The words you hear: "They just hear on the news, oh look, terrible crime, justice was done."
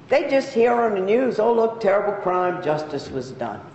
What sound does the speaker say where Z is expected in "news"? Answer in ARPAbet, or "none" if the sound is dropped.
Z